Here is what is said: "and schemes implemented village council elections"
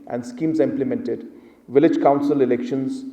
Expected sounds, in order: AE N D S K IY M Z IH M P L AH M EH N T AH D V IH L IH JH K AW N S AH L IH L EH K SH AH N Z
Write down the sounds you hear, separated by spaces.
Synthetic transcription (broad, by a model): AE N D S K IY M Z IH M P L AH M EH N T AH D V IH L IH JH K AW N S AH L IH L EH K SH AH N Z